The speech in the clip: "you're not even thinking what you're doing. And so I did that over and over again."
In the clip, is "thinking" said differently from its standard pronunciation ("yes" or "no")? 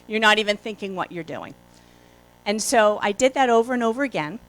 no